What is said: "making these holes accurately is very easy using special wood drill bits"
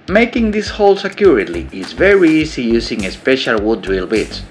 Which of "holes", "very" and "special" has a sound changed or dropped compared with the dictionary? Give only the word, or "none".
holes